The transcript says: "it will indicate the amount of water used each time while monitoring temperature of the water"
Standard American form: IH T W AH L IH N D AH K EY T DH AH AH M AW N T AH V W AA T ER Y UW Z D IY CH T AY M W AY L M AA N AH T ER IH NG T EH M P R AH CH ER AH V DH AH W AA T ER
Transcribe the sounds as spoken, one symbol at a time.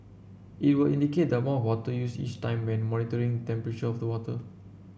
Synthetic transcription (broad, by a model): IH T W AH L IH N D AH K EY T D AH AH M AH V W AA T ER Y UW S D IY CH T AY M W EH N M AA N AH T ER IH NG T EH M P R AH CH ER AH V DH AH W AA T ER